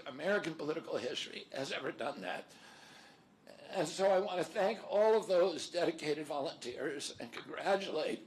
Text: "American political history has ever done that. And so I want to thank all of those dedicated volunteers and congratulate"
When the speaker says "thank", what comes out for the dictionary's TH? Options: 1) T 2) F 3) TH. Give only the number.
3